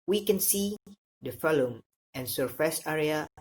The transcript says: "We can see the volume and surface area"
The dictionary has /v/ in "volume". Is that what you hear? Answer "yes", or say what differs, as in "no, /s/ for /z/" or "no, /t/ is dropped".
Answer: no, /f/ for /v/